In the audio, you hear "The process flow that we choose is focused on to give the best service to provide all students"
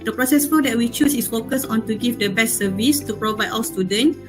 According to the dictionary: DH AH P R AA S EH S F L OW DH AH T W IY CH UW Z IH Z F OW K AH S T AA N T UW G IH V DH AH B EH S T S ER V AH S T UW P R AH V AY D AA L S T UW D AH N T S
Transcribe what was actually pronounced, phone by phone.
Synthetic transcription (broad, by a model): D AH P R AA S EH S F OW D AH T W IY CH UW S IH S F OW K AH S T AA N T UW G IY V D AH B EH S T S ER V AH S T UW P R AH V AY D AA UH S T UW D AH N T